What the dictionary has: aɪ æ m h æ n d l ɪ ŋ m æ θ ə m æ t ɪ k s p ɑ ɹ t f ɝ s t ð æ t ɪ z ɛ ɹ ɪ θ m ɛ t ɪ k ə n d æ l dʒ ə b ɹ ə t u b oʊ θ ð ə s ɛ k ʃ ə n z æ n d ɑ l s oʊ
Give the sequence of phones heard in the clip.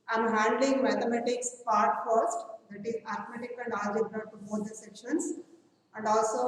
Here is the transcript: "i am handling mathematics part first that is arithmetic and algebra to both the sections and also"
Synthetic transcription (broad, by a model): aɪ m h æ n d l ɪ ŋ m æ t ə m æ t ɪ k s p ɑ ɹ t f ɝ s t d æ t ɪ z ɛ ɹ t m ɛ t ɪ k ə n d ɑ dʒ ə ɹ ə t u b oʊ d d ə s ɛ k ʃ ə n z æ n d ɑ l s oʊ